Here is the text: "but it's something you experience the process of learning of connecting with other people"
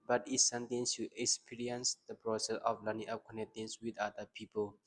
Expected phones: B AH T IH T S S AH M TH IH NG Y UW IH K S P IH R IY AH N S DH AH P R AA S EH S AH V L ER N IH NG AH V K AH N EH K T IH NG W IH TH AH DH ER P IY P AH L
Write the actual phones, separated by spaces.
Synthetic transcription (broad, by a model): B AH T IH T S S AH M T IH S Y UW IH K S P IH R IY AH N S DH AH P R AA S EH S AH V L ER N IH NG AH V K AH N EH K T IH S W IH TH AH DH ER P IY P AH L